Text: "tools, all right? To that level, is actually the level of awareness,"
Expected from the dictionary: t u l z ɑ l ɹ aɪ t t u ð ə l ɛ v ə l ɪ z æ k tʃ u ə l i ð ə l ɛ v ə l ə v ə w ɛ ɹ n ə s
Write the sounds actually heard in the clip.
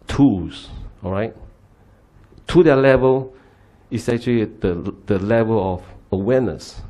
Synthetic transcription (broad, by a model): t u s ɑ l ɹ aɪ t t u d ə l ɛ v ə l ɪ s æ k tʃ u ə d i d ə l ɛ v ə l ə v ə w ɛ n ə s